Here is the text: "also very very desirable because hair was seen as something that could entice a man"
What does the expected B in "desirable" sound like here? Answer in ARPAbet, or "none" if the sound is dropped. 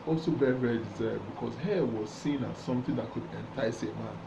none